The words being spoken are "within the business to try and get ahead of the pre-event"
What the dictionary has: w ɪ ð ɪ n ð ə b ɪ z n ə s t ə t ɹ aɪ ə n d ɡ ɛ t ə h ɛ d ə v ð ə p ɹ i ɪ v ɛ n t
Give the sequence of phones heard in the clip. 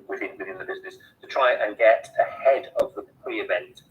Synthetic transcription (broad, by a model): w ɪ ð ɪ n ð ə b ɪ z n ə s t ə t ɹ aɪ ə n ɡ ɛ t ə h ɛ d ə v ð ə p ɹ i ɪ v ɛ n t